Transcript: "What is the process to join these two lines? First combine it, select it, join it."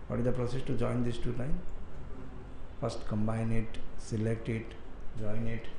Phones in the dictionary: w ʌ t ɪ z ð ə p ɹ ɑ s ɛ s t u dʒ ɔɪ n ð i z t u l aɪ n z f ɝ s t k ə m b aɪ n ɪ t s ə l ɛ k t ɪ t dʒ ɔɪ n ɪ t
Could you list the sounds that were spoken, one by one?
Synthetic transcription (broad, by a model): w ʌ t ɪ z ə p ɹ ɑ s ɛ s t u dʒ ɔɪ n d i s t u n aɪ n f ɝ s t k ə m b aɪ n ɪ t s ə l ɛ k t ɪ t dʒ ɔɪ n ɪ t